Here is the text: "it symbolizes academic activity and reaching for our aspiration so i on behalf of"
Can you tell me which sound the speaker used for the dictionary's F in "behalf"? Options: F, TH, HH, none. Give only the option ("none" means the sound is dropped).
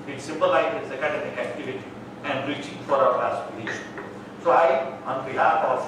none